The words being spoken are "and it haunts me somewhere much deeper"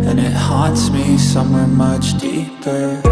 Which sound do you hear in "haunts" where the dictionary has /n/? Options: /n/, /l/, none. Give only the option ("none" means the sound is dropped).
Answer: none